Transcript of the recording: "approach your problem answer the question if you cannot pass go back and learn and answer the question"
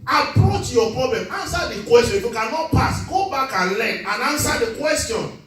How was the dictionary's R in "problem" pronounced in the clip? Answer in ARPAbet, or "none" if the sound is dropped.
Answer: R